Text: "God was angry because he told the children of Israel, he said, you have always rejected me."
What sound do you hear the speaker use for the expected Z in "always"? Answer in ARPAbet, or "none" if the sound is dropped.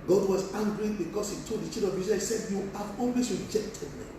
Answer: S